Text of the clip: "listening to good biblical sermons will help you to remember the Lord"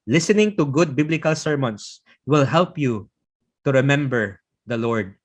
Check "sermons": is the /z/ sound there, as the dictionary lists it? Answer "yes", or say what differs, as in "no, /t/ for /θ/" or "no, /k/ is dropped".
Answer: no, /s/ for /z/